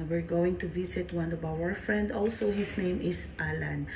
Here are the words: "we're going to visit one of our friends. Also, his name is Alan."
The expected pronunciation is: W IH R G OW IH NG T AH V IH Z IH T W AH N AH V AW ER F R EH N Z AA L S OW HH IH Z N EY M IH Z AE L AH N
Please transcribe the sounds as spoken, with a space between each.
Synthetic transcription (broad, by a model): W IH R G OW IH NG T AH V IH S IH T W AH N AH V AW ER F R EH N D AA L S OW HH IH S N EY M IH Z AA L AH N